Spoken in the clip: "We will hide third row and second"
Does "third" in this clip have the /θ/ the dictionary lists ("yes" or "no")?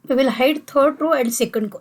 no